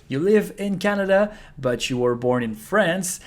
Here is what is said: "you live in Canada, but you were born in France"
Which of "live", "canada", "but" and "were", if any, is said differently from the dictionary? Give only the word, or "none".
none